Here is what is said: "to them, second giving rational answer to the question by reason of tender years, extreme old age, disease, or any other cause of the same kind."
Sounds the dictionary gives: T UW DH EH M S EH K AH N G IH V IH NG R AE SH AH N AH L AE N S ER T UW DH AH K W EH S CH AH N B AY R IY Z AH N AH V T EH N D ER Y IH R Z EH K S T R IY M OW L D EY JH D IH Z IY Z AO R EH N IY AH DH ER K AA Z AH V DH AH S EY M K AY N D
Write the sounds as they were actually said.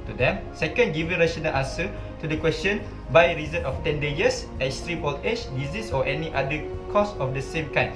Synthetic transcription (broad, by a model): T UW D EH M S EH K AH N G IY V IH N R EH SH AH N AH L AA N S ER T UW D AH K W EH S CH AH N B AY R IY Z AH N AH F T EH N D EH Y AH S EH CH S T R IY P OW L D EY CH D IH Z IY S AO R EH N IY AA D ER K AA S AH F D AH S EY M K AY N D